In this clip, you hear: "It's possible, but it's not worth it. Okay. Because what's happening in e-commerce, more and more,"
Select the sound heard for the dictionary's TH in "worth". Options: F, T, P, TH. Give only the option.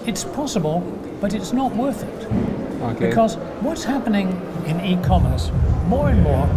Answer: TH